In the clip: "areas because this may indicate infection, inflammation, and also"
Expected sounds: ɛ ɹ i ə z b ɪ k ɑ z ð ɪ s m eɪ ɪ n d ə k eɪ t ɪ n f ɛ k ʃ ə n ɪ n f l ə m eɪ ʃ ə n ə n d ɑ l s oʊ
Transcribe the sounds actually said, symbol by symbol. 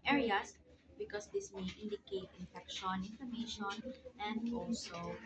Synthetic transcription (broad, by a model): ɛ ɹ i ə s b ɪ k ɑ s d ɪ s m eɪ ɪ n d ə k eɪ t ɪ n f ɛ k ʃ ə n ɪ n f ə m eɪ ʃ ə n ə n d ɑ l s oʊ